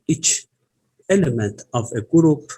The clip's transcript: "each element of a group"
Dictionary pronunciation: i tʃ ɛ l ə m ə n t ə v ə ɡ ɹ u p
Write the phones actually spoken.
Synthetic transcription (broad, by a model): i tʃ ɛ l ə m ə n t ə v ə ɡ ɹ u p